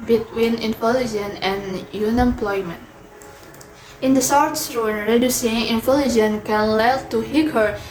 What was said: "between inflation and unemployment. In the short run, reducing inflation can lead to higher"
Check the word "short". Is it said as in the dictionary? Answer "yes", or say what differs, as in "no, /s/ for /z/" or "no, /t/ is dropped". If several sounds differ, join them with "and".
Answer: no, /s/ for /ʃ/